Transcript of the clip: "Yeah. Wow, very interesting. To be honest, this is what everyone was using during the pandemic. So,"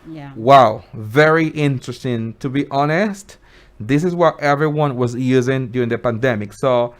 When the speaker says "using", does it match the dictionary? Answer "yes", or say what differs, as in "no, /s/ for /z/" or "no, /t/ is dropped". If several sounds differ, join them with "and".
yes